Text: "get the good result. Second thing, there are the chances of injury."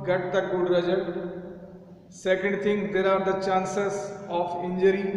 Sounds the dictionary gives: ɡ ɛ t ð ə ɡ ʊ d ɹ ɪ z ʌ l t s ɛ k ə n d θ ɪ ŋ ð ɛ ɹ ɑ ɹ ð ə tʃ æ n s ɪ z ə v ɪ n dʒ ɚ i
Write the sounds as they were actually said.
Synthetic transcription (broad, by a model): ɡ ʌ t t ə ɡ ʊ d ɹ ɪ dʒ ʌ t s ɛ k ə n d t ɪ ŋ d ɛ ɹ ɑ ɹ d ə tʃ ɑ n s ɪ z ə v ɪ n dʒ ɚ i